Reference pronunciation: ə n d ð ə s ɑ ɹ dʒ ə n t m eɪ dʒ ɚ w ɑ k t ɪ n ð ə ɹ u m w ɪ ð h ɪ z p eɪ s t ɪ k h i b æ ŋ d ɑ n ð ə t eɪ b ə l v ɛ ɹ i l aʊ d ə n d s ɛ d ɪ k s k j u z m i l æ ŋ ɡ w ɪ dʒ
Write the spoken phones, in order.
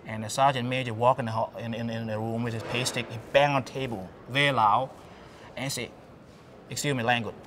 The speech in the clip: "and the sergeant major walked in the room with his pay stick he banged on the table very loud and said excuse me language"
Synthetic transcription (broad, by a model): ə n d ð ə s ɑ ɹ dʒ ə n m eɪ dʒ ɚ w ɑ k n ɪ n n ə ɹ u m w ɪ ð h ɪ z p eɪ s t ɪ k h i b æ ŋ ɑ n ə t eɪ b ə l v ɛ ɹ i l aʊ ə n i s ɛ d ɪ k s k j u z m i l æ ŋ ɡ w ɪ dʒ